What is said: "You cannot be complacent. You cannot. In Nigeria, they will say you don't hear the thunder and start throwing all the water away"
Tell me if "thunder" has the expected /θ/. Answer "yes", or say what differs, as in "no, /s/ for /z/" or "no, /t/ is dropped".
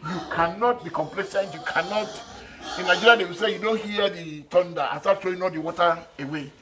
no, /t/ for /θ/